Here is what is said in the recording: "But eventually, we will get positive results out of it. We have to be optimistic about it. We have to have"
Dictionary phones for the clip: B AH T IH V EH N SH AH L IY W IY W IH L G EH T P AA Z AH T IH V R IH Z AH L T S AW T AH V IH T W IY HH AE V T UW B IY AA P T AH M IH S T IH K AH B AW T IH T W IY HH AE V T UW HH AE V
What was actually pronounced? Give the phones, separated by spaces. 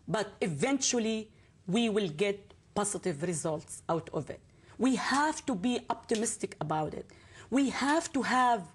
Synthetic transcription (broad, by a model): B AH T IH V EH N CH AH L IY W IY W IH L G EH T P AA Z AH T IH V R IH Z AH L T S AW T AH V IH T W IY HH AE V T UW B IY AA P T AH M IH S T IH K AH B AW T IH T W IY HH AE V T UW HH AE V